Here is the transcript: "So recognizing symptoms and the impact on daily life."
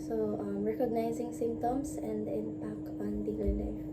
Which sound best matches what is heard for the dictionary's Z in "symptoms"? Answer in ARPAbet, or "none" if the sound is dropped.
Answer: S